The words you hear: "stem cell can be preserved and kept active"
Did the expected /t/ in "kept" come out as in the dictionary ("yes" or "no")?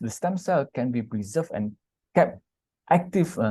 yes